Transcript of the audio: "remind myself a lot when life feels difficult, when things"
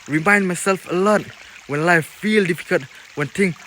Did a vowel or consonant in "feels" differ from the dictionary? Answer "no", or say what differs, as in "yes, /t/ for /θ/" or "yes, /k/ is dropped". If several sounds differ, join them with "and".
yes, /z/ is dropped